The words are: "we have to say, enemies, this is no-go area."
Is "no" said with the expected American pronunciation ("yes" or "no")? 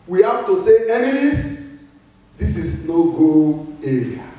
yes